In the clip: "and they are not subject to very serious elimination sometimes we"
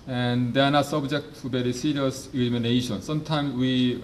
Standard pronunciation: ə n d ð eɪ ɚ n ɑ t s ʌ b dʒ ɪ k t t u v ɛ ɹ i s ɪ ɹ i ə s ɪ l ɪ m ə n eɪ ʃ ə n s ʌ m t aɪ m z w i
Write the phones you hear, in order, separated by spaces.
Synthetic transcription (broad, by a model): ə n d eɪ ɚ n ɑ t s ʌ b dʒ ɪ k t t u b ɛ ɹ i s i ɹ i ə s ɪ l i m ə n eɪ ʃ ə n s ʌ m t aɪ m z w i